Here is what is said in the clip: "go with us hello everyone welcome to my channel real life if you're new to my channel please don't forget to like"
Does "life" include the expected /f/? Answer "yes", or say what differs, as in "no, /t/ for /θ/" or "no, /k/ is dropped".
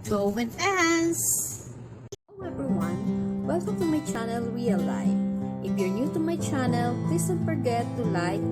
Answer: no, /f/ is dropped